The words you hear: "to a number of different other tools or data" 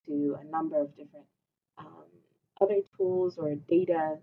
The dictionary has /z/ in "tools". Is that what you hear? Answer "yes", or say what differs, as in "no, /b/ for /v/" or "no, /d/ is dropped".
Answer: yes